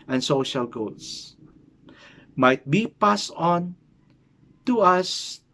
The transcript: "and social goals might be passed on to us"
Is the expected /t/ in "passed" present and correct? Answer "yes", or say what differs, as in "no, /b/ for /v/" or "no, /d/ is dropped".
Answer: no, /t/ is dropped